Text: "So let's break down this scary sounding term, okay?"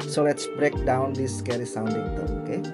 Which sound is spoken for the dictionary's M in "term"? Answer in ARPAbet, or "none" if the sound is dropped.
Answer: none